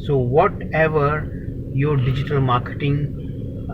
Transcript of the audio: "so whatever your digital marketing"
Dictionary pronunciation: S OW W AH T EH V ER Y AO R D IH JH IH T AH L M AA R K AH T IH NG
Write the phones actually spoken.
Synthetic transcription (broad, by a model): S OW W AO T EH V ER Y AO R D IH JH IH T AH L M AA R K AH T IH NG